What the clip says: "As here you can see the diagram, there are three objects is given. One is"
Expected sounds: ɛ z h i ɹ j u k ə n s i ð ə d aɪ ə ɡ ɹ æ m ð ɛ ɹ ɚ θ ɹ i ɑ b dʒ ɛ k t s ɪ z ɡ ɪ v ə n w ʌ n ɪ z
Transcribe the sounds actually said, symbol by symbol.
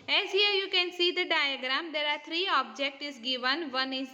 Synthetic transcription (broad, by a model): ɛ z h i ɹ j u k ə n s i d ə d aɪ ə ɡ ɹ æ m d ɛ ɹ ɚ t ɹ i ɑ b dʒ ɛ k t ɪ z ɡ ɪ v ə n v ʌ n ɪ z